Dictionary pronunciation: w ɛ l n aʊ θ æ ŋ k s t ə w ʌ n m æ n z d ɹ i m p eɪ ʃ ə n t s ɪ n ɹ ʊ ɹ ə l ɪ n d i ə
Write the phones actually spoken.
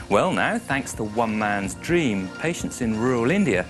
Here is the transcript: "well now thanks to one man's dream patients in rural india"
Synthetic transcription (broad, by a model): w ɛ l n aʊ θ æ ŋ k s t ə w ʌ n m æ n z d ɹ i m p eɪ ʃ ə n t s ɪ n ɹ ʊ ɹ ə l ɪ n d i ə